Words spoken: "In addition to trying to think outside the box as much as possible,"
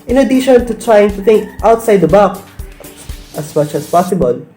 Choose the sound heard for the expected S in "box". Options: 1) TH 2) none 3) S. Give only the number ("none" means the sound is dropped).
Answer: 2